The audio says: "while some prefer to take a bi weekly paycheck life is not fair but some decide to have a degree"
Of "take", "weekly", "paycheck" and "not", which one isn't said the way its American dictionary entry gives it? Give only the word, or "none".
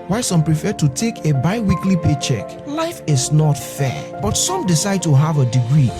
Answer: none